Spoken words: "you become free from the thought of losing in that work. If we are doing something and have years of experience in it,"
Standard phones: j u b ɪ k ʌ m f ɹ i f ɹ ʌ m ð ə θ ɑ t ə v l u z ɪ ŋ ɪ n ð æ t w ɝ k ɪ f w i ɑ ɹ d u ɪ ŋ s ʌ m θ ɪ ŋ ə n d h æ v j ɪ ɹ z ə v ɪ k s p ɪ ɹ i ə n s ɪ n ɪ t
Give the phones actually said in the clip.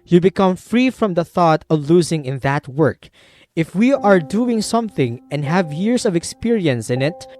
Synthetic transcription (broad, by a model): j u b ɪ k ʌ m f ɹ i f ɹ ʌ m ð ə θ ɑ t ə v l u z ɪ ŋ ɪ n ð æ t w ɝ k ɪ f w i ɑ ɹ d u ɪ ŋ s ʌ m θ ɪ ŋ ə n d h æ v j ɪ ɹ s ə v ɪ k s p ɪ ɹ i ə n s ɪ n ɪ t